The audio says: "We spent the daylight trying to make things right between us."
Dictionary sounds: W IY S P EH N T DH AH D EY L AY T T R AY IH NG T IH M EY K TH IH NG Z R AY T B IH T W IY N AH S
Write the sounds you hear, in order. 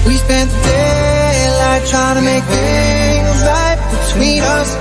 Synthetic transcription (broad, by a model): W IY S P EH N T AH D EY N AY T T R AY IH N T IH M EY K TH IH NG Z L AY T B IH T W IY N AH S